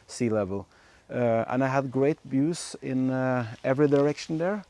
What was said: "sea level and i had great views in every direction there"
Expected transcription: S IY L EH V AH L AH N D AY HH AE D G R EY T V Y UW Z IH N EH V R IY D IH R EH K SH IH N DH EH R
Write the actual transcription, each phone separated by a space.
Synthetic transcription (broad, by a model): S IY L EH V AH L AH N AY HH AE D G R EY T B Y UW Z IH N EH V R IY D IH R EH K SH N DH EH R